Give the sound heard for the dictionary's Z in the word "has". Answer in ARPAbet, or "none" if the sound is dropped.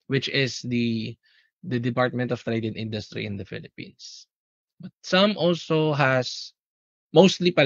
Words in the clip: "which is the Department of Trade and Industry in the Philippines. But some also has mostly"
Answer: S